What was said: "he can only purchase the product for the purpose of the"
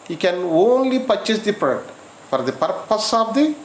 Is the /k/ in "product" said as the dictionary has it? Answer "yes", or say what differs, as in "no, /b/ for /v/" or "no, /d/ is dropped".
no, /k/ is dropped